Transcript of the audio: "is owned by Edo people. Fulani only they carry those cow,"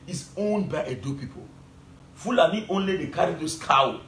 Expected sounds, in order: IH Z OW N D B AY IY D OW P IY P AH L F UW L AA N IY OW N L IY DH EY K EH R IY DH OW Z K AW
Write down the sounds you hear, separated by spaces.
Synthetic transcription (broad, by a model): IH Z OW N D B AY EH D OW P IY P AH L F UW L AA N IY OW N L IY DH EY K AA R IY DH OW S K AW